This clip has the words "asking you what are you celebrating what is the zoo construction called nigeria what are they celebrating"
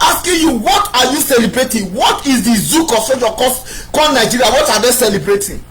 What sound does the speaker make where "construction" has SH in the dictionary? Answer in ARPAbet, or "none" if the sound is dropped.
none